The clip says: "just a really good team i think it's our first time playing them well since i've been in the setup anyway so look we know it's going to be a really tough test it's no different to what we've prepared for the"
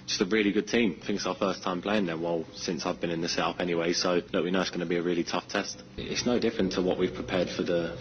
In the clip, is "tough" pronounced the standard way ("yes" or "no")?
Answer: yes